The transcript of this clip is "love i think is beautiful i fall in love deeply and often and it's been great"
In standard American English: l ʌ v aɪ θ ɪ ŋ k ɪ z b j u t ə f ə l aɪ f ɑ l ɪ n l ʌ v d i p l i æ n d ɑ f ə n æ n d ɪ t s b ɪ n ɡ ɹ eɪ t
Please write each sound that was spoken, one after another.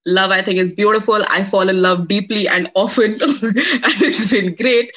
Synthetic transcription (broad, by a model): l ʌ v aɪ t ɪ ŋ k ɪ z b j u t ə f ə l aɪ f ɑ l ɪ n l ʌ v d i p l i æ n d ɑ f ə n æ n d ɪ t s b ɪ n ɡ ɹ eɪ t